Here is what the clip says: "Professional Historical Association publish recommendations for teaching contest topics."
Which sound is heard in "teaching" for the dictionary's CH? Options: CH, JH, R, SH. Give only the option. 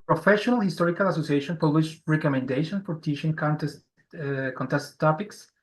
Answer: SH